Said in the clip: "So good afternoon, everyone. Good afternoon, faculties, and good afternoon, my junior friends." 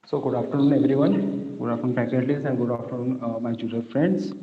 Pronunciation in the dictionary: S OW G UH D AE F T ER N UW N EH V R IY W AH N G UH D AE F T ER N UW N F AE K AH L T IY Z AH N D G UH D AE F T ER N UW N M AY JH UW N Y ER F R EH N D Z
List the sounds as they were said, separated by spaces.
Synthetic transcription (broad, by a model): S OW G UH D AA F T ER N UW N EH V R IY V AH N G UH D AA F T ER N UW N P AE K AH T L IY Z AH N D G UH D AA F T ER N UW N M AY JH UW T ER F R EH N D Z